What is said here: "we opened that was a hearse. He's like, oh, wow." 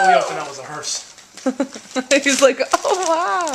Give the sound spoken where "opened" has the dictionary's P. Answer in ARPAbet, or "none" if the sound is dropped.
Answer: none